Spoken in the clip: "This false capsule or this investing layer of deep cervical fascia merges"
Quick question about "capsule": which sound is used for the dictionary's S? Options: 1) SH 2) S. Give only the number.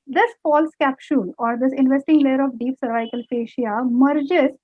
1